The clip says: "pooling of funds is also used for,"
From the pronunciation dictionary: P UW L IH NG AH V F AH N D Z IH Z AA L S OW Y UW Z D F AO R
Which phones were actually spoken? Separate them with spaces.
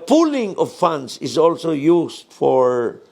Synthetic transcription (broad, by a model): P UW L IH NG AH V F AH N D S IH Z AA L S OW Y UW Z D F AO R